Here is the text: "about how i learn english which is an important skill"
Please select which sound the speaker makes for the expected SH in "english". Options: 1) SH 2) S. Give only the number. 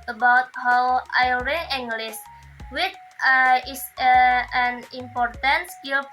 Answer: 2